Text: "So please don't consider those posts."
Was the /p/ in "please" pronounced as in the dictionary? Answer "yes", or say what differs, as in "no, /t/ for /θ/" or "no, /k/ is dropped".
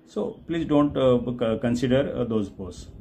yes